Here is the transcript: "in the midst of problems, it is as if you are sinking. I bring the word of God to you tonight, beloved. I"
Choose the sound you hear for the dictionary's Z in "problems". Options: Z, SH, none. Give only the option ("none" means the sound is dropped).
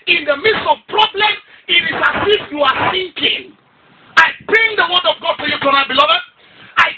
none